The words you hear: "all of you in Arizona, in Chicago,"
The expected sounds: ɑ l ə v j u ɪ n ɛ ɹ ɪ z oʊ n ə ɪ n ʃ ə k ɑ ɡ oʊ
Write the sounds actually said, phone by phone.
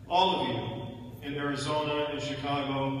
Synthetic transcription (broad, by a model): ɑ l ə v j u ɪ n ɛ ɹ ɪ z oʊ n ə ɪ n ʃ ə k ɑ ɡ oʊ